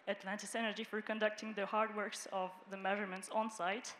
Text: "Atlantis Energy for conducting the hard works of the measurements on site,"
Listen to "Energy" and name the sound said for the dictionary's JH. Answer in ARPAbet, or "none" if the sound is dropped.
JH